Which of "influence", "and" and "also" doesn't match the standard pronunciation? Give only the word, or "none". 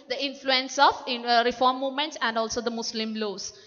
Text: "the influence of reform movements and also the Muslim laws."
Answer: none